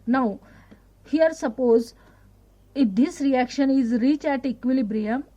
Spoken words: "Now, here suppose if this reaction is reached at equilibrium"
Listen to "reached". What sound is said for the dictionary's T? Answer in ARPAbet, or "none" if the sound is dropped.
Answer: none